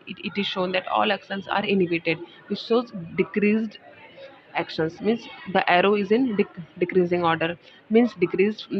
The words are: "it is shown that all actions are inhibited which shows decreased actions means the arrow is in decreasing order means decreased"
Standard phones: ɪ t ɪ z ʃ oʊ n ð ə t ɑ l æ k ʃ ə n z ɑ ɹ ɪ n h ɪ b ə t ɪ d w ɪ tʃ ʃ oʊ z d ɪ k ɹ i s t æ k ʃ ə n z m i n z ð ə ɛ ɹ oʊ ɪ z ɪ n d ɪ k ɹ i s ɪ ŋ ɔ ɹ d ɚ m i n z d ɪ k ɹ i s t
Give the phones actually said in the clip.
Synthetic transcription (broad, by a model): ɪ t ɪ z ʃ oʊ n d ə t ɑ l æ k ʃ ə n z ɑ ɹ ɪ n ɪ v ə t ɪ d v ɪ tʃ s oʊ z d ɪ k ɹ i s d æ k ʃ ə n s m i n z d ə ɛ ɹ oʊ ɪ z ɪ n d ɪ k ɹ i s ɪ ŋ ɔ ɹ d ɚ m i n s d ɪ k ɹ i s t